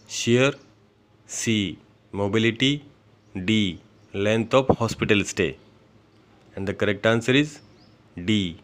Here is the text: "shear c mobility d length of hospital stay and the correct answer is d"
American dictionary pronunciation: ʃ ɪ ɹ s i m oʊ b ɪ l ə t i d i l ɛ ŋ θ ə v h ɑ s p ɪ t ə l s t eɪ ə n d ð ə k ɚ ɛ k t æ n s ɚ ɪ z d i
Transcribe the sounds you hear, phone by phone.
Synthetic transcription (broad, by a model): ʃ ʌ ɹ s i m oʊ b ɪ l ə t i d i l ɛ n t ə p h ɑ s p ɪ t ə l s t eɪ ə n d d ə k ɚ ɛ k t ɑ n s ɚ ɪ z d i